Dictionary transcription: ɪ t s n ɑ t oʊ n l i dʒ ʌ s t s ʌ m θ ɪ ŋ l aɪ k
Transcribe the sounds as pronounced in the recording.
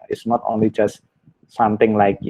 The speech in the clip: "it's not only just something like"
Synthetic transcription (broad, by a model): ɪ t s n ɑ t oʊ n l i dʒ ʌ s t s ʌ m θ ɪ ŋ l aɪ k